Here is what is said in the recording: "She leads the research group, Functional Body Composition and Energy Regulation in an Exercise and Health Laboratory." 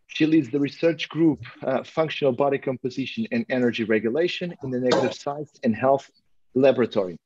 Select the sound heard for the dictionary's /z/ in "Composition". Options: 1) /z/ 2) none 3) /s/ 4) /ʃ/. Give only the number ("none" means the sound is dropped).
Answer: 1